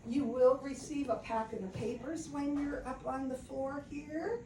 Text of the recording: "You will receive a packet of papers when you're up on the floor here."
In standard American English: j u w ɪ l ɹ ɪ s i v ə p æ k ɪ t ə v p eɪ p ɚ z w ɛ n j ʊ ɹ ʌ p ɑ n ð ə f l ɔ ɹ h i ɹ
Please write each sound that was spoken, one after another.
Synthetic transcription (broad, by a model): j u w ɪ l ɹ ɪ s i v ə p æ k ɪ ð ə p eɪ p ɚ z w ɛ n j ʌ ɹ ʌ p n ð ə f l ɔ ɹ h i ɹ